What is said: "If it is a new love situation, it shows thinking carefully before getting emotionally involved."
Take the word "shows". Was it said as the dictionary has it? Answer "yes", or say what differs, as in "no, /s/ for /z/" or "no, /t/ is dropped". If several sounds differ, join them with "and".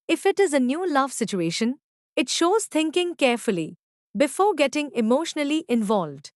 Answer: yes